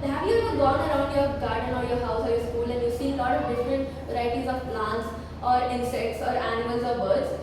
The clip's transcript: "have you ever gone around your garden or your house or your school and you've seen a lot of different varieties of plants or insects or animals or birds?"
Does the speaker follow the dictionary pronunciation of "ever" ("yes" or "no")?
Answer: no